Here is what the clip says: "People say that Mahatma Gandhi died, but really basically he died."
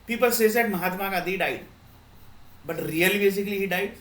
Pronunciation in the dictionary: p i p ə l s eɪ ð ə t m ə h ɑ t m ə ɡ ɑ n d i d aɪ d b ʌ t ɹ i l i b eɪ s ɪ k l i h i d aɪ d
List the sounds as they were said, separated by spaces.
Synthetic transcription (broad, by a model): p i p ə l s eɪ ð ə t m ə h ɑ t m ə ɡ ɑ d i d aɪ d b ʌ t ɹ i l i b eɪ s ɪ k l i h i d aɪ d